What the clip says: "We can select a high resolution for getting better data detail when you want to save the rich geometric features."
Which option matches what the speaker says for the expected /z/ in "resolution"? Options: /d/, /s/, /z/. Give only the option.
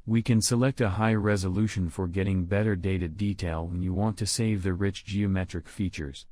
/z/